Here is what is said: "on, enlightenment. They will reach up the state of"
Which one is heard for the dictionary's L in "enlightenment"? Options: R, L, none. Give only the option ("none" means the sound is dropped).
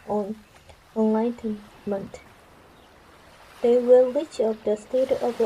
none